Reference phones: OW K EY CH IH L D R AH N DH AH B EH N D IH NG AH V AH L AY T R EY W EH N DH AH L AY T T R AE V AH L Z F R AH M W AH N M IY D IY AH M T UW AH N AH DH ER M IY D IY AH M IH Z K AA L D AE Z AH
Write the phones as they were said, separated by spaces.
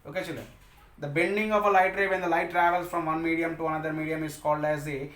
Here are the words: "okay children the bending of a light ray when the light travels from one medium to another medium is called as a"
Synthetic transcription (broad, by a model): OW K EY CH IH L D R AH N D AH B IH L D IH NG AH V AH L AY T R EY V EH N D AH L AY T T R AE V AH L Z F R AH M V AH N M IY D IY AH M T UW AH N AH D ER M IY D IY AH M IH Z K AA L D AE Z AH